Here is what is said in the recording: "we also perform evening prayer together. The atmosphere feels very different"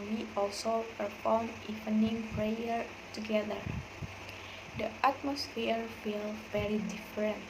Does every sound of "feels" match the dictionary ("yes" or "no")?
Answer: no